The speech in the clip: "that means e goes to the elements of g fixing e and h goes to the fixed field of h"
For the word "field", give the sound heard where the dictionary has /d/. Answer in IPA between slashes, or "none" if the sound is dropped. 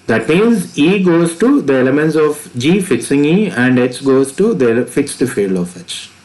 none